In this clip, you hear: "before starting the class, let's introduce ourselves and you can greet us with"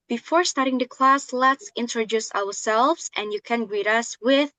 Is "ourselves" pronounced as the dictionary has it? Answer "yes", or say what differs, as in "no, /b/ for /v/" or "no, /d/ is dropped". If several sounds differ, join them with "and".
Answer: no, /w/ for /ɹ/